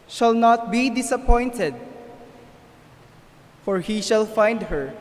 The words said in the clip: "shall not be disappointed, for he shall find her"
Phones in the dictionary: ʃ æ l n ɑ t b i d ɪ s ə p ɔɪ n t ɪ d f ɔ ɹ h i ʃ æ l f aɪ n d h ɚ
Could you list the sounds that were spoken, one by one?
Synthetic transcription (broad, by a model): ʃ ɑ l n ɑ t b i d ɪ s ə p ɔɪ n t ɪ d f ɔ ɹ h i ʃ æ l f aɪ n d h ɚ